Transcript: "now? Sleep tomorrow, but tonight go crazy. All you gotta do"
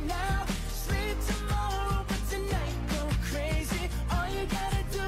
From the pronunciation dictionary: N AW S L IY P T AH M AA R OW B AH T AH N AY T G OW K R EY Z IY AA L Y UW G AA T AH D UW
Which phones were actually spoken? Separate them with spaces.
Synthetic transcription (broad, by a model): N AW S L IY P T AH M AA R OW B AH T AH N AY T G OW K R EY Z IY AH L Y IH G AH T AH D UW